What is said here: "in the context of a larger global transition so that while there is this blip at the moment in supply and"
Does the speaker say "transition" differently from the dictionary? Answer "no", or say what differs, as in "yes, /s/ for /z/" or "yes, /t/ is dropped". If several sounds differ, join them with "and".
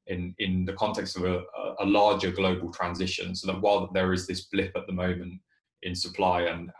no